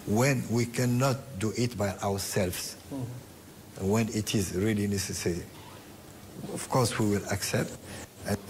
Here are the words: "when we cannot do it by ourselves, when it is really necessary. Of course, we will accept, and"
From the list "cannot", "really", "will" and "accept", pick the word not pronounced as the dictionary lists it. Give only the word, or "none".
none